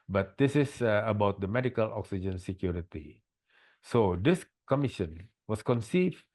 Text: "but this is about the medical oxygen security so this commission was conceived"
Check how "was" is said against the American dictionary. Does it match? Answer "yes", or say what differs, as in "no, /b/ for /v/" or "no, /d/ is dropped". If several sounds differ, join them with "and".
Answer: no, /s/ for /z/